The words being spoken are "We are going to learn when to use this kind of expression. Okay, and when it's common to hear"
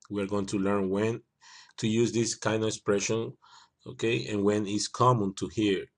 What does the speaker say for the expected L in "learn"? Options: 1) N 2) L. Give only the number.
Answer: 2